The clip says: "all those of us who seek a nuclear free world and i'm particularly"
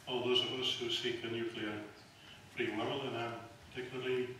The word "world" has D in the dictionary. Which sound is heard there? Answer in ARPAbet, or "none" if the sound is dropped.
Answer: none